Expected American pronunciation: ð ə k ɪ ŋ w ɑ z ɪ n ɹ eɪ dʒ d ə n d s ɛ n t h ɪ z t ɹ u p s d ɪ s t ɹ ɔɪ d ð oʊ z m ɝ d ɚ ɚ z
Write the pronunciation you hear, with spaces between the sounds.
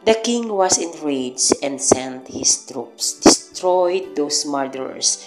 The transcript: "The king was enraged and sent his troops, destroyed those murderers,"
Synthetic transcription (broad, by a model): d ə k ɪ ŋ w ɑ s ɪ n ɹ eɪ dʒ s ə n d s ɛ n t h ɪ s t ɹ u p s d ɪ s t ɹ ɔɪ d oʊ s m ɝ d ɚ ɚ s